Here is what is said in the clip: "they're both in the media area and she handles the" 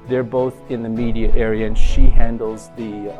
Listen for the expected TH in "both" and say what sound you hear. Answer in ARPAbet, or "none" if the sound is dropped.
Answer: TH